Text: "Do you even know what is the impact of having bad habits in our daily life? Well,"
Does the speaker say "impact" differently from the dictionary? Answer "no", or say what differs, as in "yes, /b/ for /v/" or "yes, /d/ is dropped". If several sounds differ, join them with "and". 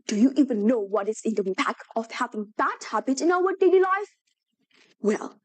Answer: yes, /t/ is dropped